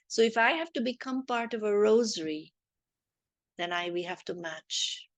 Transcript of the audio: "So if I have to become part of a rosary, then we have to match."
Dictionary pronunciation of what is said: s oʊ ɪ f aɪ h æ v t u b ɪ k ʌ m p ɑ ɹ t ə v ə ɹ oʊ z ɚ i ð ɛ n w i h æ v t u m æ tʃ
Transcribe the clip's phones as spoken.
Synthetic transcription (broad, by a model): s oʊ ɪ f aɪ h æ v t u b ɪ k ʌ m p ɑ ɹ t ə v ə ɹ oʊ z ɚ i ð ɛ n w i h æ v t u m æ tʃ